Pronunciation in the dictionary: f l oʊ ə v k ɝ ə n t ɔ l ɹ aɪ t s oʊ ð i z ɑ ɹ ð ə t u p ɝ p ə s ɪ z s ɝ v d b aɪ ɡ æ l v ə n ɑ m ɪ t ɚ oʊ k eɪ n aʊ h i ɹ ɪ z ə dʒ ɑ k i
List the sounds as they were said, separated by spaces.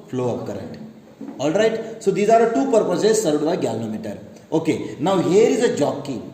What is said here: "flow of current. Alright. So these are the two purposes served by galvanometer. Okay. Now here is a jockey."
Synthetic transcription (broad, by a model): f l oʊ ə p k ɝ ə n t ɔ l ɹ aɪ t s oʊ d i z ɑ ɹ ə t u p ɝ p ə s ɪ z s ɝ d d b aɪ ɡ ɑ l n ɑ m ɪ t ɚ oʊ k eɪ n aʊ h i ɹ ɪ z ə dʒ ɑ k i